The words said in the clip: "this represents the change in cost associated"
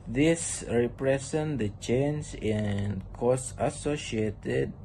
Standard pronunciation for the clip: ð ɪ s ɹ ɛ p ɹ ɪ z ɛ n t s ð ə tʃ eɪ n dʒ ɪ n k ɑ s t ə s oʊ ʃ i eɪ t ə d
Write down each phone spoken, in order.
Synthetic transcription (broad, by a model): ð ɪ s ɹ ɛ p ɹ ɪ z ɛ n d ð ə tʃ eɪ n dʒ ɪ n k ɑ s ə s oʊ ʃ i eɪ t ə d